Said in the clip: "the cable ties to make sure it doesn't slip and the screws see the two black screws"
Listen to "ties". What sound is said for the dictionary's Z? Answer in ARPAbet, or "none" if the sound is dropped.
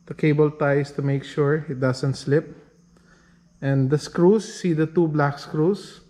S